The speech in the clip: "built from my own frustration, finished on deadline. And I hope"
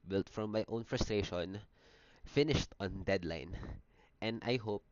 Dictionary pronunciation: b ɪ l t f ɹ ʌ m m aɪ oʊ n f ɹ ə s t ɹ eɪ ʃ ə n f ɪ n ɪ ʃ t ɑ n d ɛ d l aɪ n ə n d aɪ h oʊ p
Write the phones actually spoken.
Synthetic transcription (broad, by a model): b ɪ l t f ɹ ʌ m m aɪ oʊ n f ɹ ə s t ɹ eɪ ʃ ə n f ɪ n ɪ ʃ t ɑ n d ɛ d l aɪ n ə n d aɪ h oʊ p